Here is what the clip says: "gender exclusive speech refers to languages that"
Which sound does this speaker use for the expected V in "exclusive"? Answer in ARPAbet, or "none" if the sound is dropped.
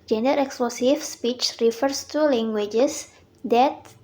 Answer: F